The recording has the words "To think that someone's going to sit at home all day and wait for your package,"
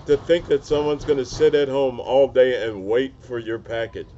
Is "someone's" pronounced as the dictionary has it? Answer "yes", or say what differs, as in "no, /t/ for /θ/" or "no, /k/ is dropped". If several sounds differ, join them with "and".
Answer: yes